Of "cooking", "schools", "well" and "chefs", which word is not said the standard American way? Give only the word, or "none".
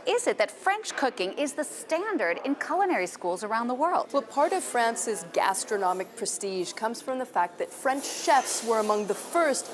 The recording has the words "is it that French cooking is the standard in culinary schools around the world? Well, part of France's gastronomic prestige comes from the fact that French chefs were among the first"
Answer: none